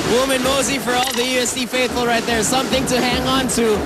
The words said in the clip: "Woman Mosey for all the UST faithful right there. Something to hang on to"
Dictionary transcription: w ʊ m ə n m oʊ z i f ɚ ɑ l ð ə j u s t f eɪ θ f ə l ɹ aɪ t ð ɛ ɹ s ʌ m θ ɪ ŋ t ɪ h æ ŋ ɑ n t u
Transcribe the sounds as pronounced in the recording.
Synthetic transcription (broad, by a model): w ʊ m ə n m oʊ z i f ɚ ɑ l ð ə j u s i f eɪ θ f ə l ɹ aɪ t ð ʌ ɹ s ʌ m θ ɪ ŋ t ɪ h æ ŋ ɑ n t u